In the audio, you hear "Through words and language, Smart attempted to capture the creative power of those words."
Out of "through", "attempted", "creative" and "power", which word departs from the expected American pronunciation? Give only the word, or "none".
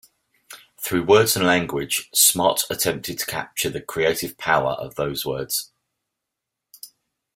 none